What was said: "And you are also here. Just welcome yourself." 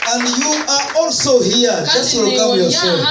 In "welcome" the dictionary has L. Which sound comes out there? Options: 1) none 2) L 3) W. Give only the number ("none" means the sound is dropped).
1